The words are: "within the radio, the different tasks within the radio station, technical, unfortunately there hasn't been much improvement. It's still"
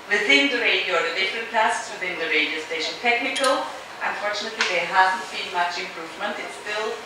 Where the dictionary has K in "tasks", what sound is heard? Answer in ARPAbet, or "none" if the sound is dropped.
none